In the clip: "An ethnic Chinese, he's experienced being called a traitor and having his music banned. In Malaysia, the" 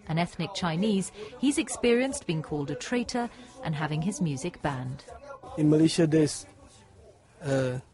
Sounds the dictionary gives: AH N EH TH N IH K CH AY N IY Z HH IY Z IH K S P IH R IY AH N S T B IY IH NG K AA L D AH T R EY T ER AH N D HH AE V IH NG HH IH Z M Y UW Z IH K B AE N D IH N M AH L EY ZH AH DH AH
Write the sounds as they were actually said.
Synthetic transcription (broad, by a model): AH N EH TH N IH K CH AY N IY Z HH IY Z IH K S P IH R IY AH N S B IY IH NG K AA L D AH T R EY T ER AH N HH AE V IH NG IH Z M Y UW Z IH K B AE N D IH N M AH L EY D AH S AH